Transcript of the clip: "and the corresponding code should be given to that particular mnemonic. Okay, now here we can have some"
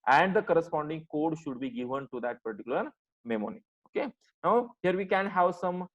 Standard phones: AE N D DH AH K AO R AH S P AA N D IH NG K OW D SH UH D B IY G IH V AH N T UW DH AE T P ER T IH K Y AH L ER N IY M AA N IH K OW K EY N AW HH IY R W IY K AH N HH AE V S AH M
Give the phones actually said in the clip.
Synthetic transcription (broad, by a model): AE N D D AH K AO R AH S P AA N D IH NG K OW D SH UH D B IY G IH V AH N T UW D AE T P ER T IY K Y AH L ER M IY M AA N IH OW K EY N AW HH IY R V IY K AH N HH AE V S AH M